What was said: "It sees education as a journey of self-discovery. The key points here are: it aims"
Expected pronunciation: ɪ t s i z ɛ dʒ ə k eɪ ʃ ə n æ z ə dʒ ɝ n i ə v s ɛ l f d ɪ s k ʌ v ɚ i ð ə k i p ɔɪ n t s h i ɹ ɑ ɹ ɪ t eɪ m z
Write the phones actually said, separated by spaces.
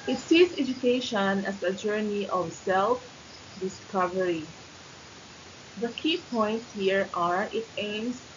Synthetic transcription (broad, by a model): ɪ t s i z ɛ dʒ ə k eɪ ʃ ə n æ s ə dʒ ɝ n i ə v s ɛ l f d ɪ s k ʌ v ɚ i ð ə k i p ɔɪ n t s h i ɹ ɑ ɹ ɪ t eɪ m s